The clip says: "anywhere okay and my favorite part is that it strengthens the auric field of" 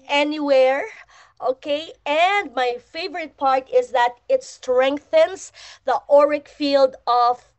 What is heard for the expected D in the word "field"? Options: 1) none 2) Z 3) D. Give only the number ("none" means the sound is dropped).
3